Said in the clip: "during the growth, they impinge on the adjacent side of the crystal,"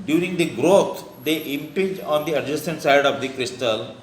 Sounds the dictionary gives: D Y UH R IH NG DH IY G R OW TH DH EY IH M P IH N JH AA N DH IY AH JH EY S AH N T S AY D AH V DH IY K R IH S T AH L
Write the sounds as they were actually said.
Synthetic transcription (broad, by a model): D Y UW R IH NG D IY G R OW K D EY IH M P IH JH AA N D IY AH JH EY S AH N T S AY D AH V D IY K R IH S T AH L